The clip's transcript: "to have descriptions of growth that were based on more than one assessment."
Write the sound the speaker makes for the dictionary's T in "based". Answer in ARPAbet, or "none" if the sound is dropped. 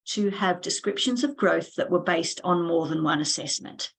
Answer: T